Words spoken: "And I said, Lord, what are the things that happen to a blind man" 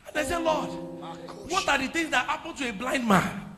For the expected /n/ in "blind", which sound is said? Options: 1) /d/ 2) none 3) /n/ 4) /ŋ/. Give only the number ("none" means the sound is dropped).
3